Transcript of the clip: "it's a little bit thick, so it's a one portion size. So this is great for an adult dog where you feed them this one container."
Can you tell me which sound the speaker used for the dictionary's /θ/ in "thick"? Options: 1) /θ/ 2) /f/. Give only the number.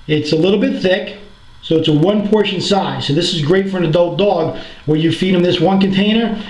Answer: 1